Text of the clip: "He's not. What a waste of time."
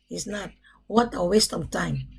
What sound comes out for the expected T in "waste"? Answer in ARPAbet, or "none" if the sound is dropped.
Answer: T